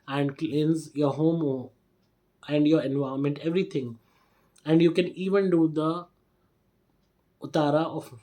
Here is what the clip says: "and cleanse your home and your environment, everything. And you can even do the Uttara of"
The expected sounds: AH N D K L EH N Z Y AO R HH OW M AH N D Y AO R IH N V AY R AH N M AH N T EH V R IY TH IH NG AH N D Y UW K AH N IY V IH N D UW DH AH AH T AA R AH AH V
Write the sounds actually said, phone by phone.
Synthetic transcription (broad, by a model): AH N D K L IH N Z Y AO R HH OW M AH N D Y AO R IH N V AY AH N M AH N T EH V R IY T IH NG AH N D Y UW K AH N IY V IH N D UW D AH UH T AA R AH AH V